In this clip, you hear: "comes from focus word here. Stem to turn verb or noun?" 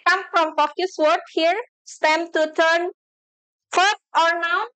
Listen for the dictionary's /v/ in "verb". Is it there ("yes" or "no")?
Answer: no